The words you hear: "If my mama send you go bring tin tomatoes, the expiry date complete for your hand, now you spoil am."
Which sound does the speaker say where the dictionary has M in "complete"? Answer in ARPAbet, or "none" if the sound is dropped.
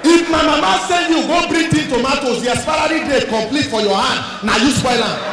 M